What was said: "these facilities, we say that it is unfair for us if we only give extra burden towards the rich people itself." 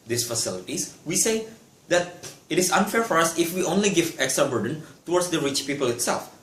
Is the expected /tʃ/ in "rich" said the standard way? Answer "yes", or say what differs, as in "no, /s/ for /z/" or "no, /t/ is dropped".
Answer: yes